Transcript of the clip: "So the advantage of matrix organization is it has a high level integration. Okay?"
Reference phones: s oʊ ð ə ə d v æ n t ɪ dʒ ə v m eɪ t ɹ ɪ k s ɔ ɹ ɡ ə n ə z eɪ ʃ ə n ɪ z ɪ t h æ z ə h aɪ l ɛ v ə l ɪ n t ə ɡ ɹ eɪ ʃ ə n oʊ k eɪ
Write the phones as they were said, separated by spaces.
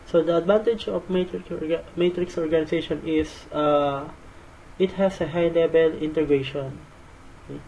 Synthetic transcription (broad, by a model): s oʊ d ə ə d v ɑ n t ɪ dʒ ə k m eɪ t ɹ ɪ k s ɔ ɹ ɡ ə n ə s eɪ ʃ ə n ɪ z ɪ t h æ s ə h aɪ l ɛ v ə l ɪ n t ə ɡ ɹ eɪ ʃ ə n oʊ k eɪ